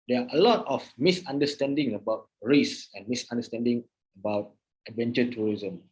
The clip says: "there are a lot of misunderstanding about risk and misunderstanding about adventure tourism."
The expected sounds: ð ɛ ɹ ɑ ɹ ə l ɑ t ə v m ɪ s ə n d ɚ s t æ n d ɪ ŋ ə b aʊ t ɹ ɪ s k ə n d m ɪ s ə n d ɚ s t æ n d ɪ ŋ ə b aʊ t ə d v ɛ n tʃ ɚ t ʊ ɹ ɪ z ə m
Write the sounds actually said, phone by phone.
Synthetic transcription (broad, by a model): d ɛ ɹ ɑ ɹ ə l ɑ t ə f m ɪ s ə n d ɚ s t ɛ n d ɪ ŋ ə b aʊ t ɹ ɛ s ə n m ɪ s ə n d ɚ s t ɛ n d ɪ ŋ ə b aʊ t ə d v ɛ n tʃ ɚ t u ɹ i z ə m